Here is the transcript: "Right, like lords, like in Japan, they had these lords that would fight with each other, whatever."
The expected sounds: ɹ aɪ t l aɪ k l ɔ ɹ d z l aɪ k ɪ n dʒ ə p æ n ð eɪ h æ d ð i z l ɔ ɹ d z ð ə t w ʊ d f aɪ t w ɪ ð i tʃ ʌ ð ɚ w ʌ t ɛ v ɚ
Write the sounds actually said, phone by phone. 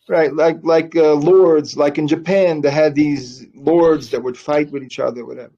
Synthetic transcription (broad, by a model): ɹ aɪ t l aɪ k l ɔ ɹ d z l aɪ k ɪ n dʒ ə p æ n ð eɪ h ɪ d ð i z l ɔ ɹ d z ð ə t w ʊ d f aɪ t w ɪ ð i tʃ ʌ ð ɚ w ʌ t ɛ v ɚ